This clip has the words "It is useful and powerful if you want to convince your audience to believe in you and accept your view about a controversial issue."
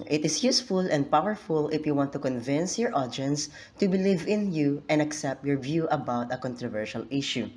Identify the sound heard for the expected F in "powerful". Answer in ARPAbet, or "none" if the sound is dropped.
F